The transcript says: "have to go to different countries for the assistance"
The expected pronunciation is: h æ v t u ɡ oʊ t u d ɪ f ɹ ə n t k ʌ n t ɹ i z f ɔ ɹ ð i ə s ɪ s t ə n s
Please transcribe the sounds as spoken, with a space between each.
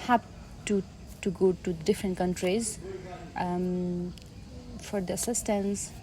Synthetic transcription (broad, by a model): h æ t t u ɡ oʊ t u d ɪ f ɹ ə n t k ʌ n t ɹ i z f ɔ ɹ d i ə s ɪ s t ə n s